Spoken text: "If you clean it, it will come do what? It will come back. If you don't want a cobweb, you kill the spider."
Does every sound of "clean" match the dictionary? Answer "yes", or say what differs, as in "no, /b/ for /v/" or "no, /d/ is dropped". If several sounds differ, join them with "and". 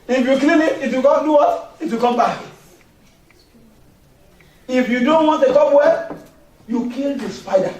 no, /l/ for /n/